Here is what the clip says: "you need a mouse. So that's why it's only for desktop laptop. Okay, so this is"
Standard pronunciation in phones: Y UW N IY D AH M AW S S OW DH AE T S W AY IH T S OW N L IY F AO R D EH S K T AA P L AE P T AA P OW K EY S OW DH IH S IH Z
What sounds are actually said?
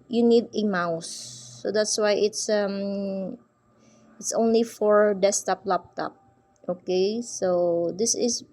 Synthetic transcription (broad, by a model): Y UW N IY D AH M AW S S OW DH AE T S W AY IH T S OW N L IY F AO R D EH S T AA P L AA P T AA P OW K EY S OW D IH S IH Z